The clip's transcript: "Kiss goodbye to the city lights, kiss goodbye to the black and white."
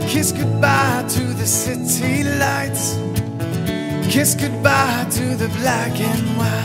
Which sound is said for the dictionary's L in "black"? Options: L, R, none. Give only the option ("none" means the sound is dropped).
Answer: L